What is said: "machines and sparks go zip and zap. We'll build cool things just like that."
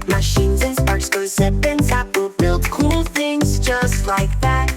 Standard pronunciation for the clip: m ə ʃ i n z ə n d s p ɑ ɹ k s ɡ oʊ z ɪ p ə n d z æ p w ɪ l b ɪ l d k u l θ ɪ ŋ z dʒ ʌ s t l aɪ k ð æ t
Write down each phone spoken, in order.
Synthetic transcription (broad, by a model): m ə ʃ i n z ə n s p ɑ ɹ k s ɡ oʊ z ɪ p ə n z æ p w ɪ l b ɪ l d k u l θ ɪ ŋ z dʒ ʌ s t l aɪ k ð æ t